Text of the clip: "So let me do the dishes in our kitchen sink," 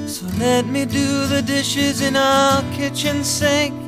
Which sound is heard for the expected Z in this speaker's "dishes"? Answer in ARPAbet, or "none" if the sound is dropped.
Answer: Z